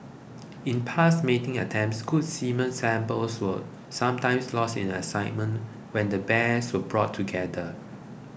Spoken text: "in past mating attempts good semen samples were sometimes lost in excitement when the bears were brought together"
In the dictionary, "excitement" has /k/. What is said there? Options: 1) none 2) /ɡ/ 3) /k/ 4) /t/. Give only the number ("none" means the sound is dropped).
1